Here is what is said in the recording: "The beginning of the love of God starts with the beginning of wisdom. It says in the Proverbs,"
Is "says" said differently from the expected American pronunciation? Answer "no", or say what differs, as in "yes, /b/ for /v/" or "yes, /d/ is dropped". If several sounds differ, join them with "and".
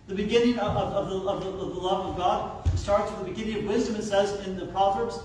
no